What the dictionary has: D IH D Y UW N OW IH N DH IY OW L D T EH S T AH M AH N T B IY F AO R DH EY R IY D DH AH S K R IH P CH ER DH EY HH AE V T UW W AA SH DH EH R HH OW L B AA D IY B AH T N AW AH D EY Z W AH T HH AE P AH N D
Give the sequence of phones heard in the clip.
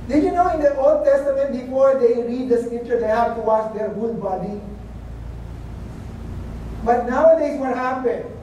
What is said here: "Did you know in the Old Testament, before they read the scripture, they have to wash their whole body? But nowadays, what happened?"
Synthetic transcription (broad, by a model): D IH Y UW N OW IH N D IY OW L D T EH S T AH M AH N T B IY F AO R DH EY R IY D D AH S K R IH P CH ER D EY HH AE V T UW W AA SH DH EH R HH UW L B AA D IY B AH T N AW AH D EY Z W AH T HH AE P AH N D